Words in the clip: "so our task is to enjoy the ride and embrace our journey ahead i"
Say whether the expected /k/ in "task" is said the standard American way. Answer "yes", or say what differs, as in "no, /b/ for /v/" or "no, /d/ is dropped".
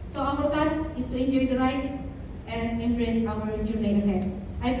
no, /k/ is dropped